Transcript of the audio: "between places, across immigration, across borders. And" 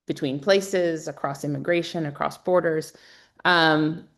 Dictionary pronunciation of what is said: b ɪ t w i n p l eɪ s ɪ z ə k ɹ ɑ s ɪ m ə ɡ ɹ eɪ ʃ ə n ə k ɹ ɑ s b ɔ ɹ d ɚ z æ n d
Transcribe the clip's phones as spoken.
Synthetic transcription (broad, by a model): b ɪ t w i n p l eɪ s ɪ z ə k ɹ ɑ s ɪ m ə ɡ ɹ eɪ ʃ ə n ə k ɹ ɑ s b ɔ ɹ d ɚ z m